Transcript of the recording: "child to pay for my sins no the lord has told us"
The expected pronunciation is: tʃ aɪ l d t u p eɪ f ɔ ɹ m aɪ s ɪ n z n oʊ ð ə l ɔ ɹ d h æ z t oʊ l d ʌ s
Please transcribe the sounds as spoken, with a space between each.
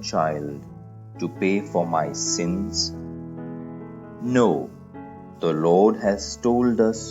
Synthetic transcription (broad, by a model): tʃ aɪ l d t u p eɪ f ɔ ɹ m aɪ s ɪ n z n oʊ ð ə l ɔ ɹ d h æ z t oʊ l d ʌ s